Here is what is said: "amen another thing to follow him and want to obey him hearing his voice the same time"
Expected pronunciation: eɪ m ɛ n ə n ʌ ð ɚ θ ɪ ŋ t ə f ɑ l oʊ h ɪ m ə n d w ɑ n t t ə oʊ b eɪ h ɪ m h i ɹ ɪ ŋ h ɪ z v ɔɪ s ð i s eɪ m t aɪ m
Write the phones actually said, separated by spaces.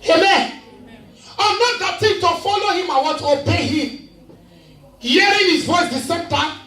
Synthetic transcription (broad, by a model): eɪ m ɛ n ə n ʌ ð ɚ t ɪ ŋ t ə f ɑ l oʊ h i m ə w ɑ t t oʊ b eɪ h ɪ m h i ɹ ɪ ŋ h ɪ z w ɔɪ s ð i s eɪ m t aɪ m